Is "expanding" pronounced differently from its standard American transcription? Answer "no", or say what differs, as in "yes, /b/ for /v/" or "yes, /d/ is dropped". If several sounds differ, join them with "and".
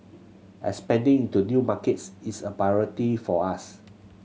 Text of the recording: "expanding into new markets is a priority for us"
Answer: yes, /k/ is dropped